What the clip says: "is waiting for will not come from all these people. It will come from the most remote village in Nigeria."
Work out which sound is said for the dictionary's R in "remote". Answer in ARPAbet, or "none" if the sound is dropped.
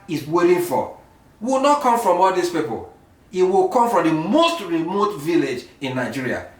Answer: R